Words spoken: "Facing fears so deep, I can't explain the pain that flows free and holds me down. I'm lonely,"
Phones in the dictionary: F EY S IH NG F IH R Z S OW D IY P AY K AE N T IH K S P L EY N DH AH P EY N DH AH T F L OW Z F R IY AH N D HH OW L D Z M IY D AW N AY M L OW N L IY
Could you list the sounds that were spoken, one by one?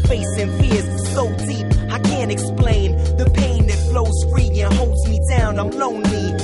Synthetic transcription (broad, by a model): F EY S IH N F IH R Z S OW D IY P AY K AE N T IH K S P L EY N DH AH P EY N DH AH T F L OW Z F R IY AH N HH OW L D Z M IY D AW N AY M L OW N L IY